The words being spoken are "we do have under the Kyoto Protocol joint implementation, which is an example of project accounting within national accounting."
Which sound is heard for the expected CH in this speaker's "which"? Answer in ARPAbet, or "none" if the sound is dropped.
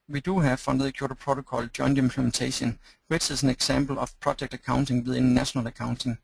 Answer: S